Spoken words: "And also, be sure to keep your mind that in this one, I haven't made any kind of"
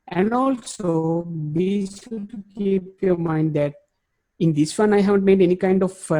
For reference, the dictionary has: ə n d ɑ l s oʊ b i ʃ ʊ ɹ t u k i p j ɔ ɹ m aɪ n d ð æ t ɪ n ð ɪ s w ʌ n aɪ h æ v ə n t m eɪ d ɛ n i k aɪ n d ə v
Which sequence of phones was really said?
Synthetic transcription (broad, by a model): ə n d ɑ l s oʊ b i s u t u k i p j ɔ ɹ m aɪ n d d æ t ɪ n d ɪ s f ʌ n aɪ h æ v ə n t m eɪ d ɛ n i k aɪ n d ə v